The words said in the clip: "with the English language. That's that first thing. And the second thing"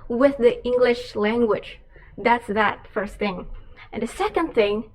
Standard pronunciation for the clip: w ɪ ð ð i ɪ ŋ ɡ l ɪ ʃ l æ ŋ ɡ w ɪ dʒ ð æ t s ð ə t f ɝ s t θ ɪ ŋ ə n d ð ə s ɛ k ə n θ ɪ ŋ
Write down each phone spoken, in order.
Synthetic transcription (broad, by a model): w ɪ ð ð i ɪ ŋ ɡ l ɪ ʃ l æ ŋ ɡ w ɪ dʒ ð æ t s ð ə t f ɝ s t θ ɪ ŋ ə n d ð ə s ɛ k ə n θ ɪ ŋ